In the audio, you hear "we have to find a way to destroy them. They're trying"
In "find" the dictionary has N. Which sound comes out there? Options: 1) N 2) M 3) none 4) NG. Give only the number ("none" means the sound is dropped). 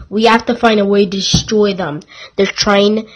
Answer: 1